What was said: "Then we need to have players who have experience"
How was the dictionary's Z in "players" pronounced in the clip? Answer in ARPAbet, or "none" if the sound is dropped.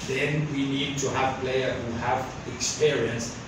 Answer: none